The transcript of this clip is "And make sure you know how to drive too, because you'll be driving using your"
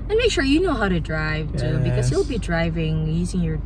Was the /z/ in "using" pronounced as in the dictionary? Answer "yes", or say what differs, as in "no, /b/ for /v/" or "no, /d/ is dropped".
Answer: yes